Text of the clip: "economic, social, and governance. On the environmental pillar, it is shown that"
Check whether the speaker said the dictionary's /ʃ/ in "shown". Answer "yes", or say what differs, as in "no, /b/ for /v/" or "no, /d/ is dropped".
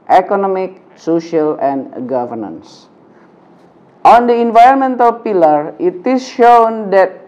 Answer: yes